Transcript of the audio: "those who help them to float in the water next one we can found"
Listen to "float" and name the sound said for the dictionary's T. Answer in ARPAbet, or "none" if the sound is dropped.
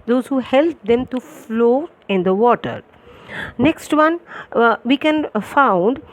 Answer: none